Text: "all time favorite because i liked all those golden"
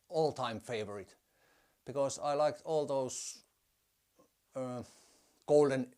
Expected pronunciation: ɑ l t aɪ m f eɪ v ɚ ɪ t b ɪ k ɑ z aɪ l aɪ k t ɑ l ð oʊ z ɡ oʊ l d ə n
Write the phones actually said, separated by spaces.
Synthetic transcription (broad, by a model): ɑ l t aɪ m f eɪ v ɚ ɪ t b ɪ k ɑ s aɪ l aɪ k t ɑ l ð oʊ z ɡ oʊ l d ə n